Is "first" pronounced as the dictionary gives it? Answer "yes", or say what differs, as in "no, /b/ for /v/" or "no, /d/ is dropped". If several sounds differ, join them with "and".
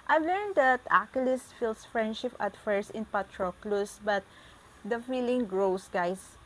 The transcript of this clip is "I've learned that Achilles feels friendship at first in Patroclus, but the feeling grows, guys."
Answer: no, /t/ is dropped